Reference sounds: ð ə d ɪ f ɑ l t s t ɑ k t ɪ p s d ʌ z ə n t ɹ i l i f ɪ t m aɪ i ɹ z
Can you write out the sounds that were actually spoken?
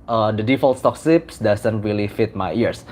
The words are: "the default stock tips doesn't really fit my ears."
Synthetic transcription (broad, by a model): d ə d ɪ f ɑ l t s t ɑ k s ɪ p s d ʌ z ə n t ɹ i l i f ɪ t m aɪ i ɹ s